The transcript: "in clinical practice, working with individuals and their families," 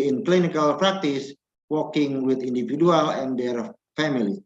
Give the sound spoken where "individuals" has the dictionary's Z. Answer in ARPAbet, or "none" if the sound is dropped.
none